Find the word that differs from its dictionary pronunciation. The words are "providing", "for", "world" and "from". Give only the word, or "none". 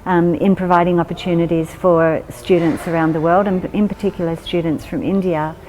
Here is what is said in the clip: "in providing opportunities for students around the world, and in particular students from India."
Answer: none